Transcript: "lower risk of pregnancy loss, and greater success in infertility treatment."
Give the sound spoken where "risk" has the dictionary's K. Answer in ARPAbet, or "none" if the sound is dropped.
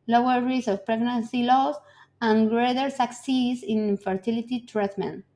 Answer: none